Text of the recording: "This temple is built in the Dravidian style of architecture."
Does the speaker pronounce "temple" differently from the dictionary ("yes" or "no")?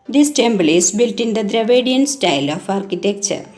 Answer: yes